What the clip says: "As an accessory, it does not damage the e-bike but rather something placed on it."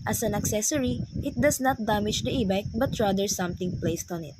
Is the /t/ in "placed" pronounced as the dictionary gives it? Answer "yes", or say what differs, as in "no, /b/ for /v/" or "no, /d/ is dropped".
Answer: yes